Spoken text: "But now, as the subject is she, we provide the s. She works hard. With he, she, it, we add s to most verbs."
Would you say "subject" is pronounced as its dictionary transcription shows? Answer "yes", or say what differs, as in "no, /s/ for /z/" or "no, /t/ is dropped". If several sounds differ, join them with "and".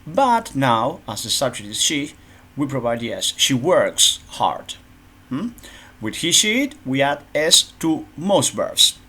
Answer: no, /k/ is dropped